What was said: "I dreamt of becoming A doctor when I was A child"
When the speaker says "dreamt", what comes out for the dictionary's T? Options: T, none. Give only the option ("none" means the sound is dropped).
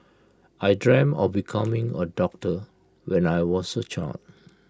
none